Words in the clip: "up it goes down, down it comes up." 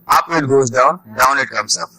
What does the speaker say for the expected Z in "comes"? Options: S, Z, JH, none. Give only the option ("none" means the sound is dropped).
S